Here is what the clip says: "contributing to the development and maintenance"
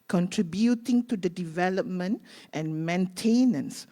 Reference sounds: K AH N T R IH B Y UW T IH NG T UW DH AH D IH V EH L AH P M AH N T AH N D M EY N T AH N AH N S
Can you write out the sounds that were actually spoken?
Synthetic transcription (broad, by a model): K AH N T R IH B Y UW T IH NG T UW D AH D IH V EH L AH P M AH N T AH N M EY N T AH N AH N S